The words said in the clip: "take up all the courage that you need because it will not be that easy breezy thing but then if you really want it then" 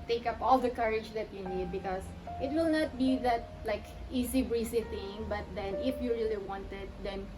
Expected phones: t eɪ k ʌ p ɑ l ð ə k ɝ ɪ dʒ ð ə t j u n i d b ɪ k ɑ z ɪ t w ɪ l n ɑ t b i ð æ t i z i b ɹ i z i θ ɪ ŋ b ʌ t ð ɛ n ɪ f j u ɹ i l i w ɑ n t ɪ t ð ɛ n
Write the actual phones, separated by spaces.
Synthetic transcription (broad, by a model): t eɪ k ʌ p ɑ l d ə k ɝ ɪ dʒ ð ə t j u n i d b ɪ k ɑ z ɪ t w ɪ l n ɑ t b i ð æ t i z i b ɹ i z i θ ɪ ŋ b ʌ t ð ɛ n ɪ f j u ɹ i l i w ɑ n t ɪ t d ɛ n